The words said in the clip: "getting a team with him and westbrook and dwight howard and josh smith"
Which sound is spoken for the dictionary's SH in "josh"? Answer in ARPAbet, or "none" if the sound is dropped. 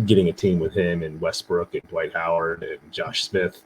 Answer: SH